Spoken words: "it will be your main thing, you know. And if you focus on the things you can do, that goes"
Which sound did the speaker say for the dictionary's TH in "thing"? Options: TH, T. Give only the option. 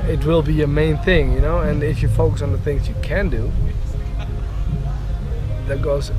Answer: TH